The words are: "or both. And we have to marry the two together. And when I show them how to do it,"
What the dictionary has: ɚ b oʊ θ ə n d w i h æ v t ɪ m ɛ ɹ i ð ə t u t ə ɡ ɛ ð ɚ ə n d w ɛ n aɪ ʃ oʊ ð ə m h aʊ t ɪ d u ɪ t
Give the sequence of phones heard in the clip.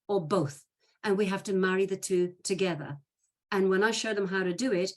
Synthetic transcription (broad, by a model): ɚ b oʊ θ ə n w i h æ f t ɪ m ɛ ɹ i ð ə t u t ə ɡ ɛ ð ɚ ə n w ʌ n aɪ ʃ oʊ ð ə m h aʊ t ɪ d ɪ ɪ t